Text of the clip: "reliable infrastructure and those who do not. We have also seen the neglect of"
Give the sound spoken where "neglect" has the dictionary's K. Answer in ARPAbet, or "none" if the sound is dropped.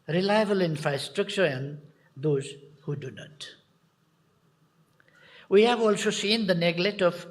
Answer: none